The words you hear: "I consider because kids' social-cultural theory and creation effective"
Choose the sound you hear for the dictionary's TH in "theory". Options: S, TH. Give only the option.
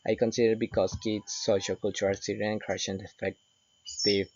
S